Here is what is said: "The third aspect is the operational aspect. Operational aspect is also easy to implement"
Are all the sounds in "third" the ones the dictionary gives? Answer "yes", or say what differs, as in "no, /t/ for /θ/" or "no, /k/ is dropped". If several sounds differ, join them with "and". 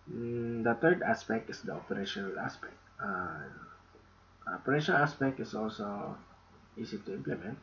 no, /t/ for /θ/